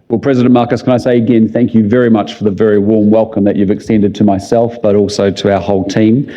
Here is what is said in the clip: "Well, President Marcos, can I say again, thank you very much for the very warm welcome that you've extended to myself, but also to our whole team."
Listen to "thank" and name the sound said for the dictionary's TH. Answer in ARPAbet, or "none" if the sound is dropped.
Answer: TH